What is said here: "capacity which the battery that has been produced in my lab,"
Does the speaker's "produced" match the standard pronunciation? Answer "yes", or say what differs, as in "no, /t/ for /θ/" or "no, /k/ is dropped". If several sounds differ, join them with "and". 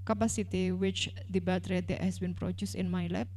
no, /t/ is dropped